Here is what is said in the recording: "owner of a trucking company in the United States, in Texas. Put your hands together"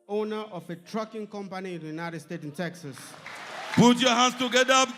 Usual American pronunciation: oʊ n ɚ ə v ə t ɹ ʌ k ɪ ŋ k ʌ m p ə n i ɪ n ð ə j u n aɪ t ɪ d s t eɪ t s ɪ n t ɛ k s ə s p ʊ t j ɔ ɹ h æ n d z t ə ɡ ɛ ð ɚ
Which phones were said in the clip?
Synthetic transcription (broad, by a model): oʊ n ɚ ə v ə t ɹ ʌ k ɪ ŋ k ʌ m p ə n i ɪ n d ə j u n aɪ t ɪ d s t eɪ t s ɪ n t ɛ k s ə s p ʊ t j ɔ h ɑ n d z t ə ɡ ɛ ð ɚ